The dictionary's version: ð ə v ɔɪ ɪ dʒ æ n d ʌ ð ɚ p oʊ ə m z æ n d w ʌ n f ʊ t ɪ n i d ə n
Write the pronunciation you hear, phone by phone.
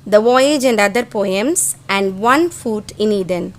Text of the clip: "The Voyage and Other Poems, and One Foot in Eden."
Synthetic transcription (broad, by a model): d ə v ɔɪ ɪ dʒ æ n d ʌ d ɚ p oʊ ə m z æ n d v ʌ n f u t ɪ n i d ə n